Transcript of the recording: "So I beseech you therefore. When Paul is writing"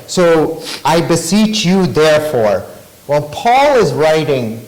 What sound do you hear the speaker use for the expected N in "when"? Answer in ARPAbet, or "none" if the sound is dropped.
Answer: L